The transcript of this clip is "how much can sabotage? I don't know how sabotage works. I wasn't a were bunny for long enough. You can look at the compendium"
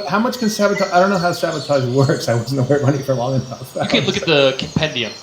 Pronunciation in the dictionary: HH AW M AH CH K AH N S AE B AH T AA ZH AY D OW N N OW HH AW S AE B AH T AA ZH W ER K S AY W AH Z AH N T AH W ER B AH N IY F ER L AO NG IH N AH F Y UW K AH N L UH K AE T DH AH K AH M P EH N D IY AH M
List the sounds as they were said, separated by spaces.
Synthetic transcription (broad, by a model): HH AW M AH CH K AH N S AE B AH T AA AY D OW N N OW HH AW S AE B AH T AA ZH W ER K S AY W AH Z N AH W ER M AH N IY F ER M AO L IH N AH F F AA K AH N L UH K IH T DH AH K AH M P EH N D IY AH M